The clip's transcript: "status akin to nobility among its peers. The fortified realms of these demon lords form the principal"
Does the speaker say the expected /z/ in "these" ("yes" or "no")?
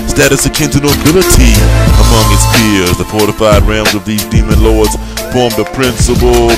yes